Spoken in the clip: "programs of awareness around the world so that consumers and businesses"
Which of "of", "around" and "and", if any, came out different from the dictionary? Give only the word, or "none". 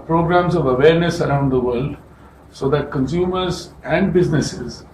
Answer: none